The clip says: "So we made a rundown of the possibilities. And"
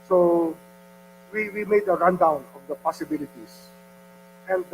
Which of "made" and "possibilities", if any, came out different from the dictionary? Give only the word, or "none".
possibilities